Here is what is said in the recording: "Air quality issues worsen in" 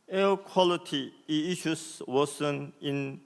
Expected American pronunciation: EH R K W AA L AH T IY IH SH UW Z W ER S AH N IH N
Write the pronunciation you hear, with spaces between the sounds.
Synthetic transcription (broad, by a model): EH K W AA L AH T IY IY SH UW S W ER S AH N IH N